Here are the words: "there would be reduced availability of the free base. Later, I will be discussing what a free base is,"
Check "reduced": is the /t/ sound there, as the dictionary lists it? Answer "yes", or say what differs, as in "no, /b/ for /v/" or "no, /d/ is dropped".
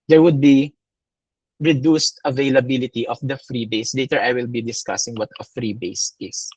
yes